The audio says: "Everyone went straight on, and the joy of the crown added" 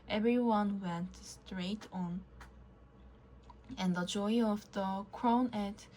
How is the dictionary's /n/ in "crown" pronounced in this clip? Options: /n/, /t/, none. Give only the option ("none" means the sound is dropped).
none